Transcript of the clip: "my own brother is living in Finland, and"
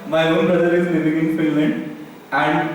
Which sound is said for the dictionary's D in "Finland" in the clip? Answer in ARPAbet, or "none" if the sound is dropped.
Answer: none